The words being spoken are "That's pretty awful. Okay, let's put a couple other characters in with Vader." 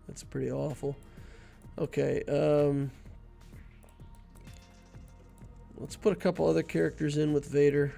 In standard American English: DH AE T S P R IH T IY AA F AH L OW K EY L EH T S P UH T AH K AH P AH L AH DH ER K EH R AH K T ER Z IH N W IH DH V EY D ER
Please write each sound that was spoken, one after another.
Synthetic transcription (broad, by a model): DH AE T S P R IH T IY AA F L OW K EY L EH T S P UH T AH K AH P L AH DH ER K EH R AH K T ER Z IH N W IH DH V EY D ER